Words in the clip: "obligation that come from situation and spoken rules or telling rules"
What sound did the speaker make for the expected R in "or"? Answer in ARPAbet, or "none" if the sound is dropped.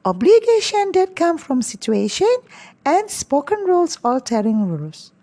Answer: L